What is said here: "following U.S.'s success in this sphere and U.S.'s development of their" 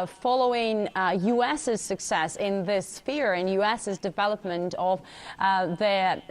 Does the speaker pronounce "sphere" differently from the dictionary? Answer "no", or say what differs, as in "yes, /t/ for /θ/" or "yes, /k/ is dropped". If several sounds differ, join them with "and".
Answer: no